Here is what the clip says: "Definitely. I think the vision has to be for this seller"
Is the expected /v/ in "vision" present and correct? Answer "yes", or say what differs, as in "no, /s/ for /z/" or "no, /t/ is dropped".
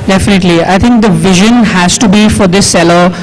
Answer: yes